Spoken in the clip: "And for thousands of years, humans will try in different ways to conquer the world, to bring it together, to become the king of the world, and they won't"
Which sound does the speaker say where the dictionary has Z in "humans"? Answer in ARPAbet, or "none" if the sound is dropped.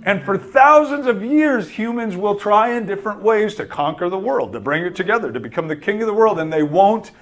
Z